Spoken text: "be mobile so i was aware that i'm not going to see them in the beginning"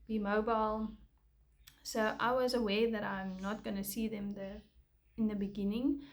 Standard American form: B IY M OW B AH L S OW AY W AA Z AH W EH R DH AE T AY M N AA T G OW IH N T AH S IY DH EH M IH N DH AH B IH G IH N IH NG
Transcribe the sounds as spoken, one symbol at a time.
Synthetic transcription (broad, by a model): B IY M OW B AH L S OW AY W AA Z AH W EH DH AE T AY M N AA T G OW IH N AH S IY DH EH M IH N DH AH B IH G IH N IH NG